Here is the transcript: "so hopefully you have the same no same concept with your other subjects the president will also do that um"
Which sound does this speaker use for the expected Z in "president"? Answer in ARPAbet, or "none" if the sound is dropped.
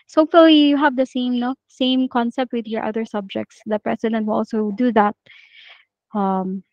S